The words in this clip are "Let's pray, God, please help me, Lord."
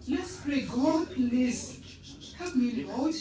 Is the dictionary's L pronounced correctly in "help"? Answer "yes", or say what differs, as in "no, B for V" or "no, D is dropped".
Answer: no, L is dropped